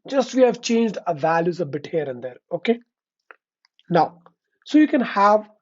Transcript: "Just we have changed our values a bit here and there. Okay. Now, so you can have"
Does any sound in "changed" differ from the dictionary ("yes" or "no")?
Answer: no